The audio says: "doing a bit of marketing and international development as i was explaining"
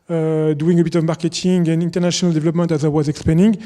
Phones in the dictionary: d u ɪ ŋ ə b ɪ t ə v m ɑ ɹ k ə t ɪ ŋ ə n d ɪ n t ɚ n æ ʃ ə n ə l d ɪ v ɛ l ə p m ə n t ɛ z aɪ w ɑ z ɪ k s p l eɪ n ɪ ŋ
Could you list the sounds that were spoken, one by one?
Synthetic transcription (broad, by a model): d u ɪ ŋ ə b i t ə v m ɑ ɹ k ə t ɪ ŋ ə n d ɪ n t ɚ n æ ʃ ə n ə l d ɪ v ɛ l ə p m ə n t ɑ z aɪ w ɑ z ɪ k s p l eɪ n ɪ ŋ